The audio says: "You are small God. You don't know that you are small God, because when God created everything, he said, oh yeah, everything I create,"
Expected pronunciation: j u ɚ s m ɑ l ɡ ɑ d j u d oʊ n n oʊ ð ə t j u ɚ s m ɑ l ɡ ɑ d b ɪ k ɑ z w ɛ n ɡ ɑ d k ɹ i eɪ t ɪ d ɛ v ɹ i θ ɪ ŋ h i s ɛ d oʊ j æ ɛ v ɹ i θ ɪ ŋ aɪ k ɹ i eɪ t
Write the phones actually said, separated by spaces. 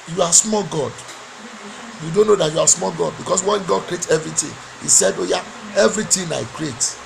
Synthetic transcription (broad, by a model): j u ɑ s m ɑ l ɡ ɑ d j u d oʊ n n oʊ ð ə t j u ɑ s m ɑ l ɡ ɑ d b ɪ k ɑ s w ɛ n ɡ ɑ d k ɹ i eɪ t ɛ v ɹ i t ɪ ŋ h i s ɛ d oʊ j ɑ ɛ v ɹ i t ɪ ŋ aɪ k ɹ i eɪ t